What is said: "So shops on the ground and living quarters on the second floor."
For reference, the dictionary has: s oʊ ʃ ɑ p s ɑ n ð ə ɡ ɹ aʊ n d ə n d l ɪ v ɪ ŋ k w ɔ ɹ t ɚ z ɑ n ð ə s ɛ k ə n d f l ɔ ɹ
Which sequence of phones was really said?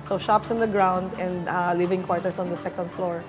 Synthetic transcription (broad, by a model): s oʊ ʃ ɑ p s ɑ n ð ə ɡ ɹ aʊ n d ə n d l ɪ v ɪ ŋ k w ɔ ɹ t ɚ s ɑ n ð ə s ɛ k ə n d f l ɔ ɹ